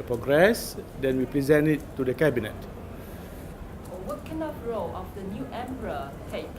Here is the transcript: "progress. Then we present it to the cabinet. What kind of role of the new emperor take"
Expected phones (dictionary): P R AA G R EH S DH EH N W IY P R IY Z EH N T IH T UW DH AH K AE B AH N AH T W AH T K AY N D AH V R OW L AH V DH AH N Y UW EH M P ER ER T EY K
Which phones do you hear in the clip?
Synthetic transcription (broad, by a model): P R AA G R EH S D EH N W IY P R IY Z EH N T IH T UW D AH K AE B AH N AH T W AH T K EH N AH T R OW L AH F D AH N Y UW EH M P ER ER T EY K